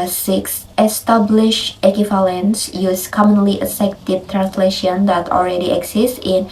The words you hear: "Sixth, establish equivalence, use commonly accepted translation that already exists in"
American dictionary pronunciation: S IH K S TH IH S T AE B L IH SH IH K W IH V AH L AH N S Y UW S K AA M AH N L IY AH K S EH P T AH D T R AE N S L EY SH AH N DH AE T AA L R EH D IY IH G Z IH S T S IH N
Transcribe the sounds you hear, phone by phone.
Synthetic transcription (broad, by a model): S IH K S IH S T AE B L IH SH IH K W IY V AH L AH N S Y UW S K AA M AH N L IY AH S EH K T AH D T R AE N S L EY SH AH N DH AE T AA L R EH D IY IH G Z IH S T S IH N